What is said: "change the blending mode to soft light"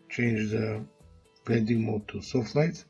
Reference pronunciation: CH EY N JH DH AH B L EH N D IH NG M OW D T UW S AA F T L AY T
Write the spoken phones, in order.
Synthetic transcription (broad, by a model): CH EY N JH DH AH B EH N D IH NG M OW T UW S AA F T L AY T